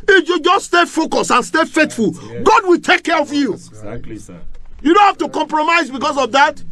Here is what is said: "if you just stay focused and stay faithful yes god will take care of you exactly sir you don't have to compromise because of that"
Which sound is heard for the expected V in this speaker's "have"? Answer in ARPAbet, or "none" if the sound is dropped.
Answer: F